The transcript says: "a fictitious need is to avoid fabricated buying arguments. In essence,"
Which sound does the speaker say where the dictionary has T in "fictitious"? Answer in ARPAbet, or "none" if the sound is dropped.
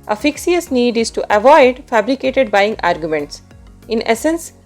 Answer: S